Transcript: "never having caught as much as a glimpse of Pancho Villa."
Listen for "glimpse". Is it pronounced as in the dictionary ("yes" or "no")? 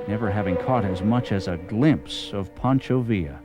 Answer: yes